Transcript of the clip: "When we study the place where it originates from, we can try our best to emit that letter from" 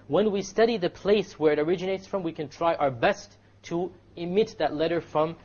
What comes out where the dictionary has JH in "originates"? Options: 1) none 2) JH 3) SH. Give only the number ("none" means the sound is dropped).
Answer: 2